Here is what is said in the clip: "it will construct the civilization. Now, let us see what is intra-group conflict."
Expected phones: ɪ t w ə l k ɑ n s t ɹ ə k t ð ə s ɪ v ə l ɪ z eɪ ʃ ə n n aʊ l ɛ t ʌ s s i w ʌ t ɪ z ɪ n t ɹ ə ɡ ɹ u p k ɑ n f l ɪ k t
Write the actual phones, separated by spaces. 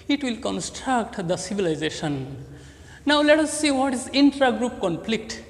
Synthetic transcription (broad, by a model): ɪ t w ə l k ɑ n s t ɹ ə k t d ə s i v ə l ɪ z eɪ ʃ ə n n aʊ l ɛ t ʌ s s i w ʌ t ɪ z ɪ n t ɹ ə ɡ ɹ u p k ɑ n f l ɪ k t